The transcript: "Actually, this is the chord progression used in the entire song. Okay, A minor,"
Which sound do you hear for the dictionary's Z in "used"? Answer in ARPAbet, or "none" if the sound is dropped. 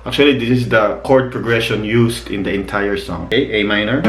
S